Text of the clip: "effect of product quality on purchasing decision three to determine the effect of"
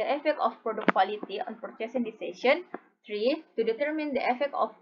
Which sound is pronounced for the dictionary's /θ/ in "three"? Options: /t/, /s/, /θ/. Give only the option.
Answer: /t/